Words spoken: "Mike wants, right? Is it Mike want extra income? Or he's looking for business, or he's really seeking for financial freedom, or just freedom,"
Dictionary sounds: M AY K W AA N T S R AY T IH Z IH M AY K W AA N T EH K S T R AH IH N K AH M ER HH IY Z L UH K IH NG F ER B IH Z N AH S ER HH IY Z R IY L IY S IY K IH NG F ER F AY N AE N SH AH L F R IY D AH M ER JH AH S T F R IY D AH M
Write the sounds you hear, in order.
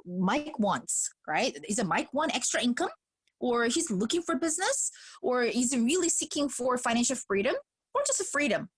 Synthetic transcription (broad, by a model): M AY K W AA N T S R AY T IH Z IH M AY K W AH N EH K S T R AH IH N K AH M ER HH IY Z L UH K IH NG F ER B IH Z N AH S ER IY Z R IY L IY S IY K IH NG F ER F AY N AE N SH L F R IY D AH M ER JH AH S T F R IY D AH M